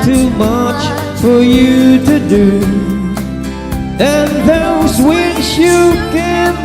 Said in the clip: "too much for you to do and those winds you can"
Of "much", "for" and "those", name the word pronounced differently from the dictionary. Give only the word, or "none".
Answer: none